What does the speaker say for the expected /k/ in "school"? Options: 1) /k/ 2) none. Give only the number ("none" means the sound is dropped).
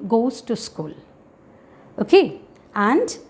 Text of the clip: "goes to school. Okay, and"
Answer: 1